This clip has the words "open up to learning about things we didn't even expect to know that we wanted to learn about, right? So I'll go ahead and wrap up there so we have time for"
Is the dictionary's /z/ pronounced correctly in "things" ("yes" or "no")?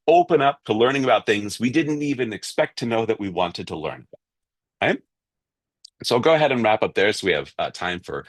yes